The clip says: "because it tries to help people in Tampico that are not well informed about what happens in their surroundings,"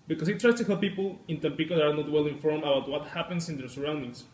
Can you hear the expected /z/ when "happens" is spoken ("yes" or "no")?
no